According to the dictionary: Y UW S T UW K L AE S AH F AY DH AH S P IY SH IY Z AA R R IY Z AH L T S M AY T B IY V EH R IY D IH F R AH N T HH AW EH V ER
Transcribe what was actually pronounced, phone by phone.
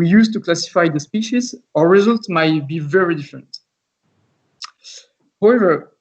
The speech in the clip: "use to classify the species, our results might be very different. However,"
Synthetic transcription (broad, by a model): Y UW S T UW K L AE S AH F AY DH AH S P IY SH IY Z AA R R IY Z AH L T S M AY T B IY V EH R IY D IH F R AH N T HH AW EH V ER